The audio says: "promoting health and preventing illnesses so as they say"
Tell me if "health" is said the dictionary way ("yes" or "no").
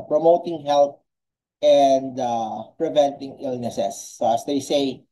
no